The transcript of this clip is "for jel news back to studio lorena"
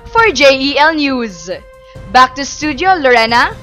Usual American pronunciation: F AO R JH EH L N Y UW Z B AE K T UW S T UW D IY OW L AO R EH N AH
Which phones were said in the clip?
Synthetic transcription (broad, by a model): F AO R JH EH L N Y UW Z B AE K T UW S T UW D IY OW L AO R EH N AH